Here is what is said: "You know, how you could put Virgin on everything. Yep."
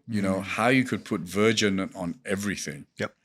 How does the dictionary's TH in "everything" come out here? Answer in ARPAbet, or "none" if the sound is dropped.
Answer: TH